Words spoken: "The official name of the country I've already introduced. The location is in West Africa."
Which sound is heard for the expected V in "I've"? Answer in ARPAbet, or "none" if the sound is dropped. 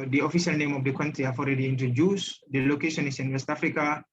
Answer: F